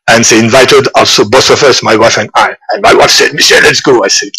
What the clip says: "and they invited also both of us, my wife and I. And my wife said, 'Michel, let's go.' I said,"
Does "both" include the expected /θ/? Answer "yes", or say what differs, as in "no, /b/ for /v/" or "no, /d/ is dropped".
no, /s/ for /θ/